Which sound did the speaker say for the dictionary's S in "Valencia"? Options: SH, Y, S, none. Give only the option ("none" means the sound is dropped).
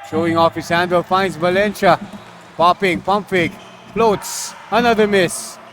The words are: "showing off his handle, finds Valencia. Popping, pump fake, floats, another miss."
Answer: SH